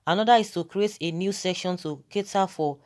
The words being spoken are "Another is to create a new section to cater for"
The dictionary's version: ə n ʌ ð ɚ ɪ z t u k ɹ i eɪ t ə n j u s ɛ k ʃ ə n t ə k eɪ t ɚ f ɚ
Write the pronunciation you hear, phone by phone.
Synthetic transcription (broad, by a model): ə n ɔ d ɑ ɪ s t u k ɹ i eɪ t ə n j u s ɛ k ʃ ə n t ə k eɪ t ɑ f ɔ